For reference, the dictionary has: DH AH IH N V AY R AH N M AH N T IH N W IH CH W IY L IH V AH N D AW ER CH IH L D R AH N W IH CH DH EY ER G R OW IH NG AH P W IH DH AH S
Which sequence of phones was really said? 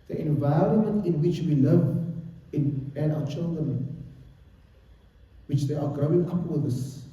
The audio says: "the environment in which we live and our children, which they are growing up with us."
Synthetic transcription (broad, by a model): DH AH IH N V AY R AH N M AH N T IH N W IH CH W IY L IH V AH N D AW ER CH IH L D R AH N W IH CH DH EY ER G R OW IH NG AH P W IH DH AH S